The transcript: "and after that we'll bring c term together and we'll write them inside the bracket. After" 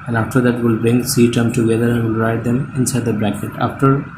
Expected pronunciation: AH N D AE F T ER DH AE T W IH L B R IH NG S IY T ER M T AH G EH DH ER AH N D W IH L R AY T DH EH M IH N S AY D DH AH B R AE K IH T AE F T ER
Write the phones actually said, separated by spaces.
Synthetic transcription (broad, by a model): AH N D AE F T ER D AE T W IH L B R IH NG S IY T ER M T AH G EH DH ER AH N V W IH L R AY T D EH M IH N S AY D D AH B R AE K IH T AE F T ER